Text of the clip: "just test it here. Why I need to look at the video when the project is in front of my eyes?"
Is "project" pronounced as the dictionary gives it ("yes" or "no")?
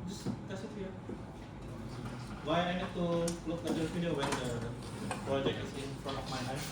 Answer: no